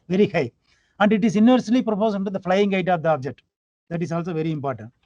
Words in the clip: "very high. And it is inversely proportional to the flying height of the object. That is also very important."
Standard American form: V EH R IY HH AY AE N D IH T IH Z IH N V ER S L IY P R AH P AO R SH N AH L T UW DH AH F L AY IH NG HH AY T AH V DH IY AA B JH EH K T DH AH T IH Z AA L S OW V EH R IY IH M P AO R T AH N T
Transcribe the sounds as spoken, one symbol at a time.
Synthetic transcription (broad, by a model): V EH R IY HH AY AE N D IH T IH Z IH N V ER S L IY P R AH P AO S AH N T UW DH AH F L AY IH NG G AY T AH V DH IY AA B JH EH K T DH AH T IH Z AA L S OW V EH R IY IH M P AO R T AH N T